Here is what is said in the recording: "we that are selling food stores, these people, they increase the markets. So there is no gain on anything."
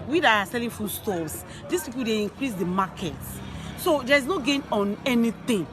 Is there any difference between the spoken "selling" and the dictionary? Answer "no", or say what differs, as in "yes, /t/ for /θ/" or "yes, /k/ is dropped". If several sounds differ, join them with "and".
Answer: no